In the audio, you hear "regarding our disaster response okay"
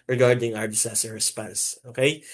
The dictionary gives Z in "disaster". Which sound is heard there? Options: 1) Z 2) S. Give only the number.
2